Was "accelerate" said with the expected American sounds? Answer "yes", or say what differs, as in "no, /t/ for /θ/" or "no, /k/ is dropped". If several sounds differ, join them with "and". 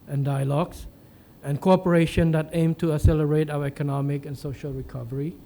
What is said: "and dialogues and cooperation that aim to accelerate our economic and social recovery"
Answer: no, /k/ is dropped